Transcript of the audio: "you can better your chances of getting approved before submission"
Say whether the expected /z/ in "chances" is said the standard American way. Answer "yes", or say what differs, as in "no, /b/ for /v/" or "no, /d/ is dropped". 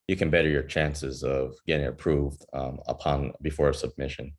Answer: yes